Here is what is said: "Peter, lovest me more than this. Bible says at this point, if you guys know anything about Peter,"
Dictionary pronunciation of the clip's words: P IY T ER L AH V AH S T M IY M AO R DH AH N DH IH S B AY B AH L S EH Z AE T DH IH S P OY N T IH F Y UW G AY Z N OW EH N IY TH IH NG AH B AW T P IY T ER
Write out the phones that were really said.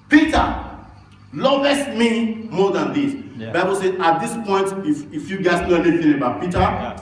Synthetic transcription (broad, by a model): P IY T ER L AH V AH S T M IY M AO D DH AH N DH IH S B AY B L S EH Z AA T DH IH S P OY N T IH F Y UW G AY S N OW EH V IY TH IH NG AH B AW T P IY T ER